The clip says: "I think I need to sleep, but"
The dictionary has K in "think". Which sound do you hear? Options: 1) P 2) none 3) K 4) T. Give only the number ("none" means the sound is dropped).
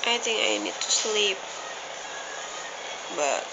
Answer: 2